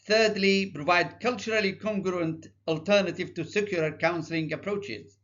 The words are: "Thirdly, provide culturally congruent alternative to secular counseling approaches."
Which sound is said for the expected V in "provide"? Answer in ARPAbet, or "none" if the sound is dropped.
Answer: V